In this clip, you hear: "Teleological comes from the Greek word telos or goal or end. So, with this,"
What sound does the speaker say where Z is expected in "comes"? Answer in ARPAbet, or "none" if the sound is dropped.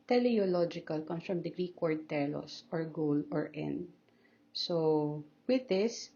none